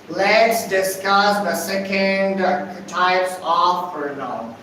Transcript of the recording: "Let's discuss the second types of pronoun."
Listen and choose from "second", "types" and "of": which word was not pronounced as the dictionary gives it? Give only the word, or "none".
of